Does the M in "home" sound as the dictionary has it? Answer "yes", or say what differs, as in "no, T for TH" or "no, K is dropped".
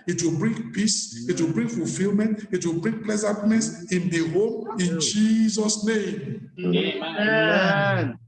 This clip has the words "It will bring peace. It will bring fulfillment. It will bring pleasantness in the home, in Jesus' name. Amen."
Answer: yes